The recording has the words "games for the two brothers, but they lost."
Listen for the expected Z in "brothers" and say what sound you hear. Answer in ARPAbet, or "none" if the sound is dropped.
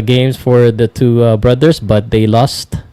S